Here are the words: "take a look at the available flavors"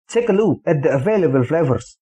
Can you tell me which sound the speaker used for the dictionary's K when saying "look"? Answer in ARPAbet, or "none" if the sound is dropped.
none